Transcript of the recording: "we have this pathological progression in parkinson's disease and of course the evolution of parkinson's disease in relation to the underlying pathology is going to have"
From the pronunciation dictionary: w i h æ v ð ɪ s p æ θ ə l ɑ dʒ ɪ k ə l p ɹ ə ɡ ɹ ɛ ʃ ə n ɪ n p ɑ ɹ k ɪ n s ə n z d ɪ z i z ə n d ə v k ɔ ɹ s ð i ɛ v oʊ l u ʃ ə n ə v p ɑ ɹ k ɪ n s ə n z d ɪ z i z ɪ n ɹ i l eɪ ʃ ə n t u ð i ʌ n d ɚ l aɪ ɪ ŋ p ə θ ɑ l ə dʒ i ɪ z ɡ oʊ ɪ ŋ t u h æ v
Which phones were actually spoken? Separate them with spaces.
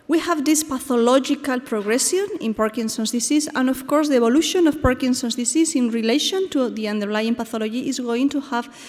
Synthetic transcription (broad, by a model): w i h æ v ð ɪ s p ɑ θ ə l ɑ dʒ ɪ k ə l p ɹ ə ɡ ɹ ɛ s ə n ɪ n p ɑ ɹ k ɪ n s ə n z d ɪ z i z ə n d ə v k ɔ ɹ s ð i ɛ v oʊ l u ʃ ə n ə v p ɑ ɹ k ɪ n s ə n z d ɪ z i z ɪ n ɹ i l eɪ ʃ ə n t u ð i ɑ n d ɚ l aɪ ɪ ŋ p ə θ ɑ l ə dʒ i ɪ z ɡ oʊ ɪ ŋ t u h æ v